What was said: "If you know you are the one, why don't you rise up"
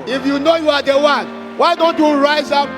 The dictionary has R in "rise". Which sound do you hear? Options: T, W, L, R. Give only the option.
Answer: R